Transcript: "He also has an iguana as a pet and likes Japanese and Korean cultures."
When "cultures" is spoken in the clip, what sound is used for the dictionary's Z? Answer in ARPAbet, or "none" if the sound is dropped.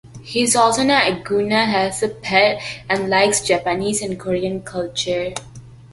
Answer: none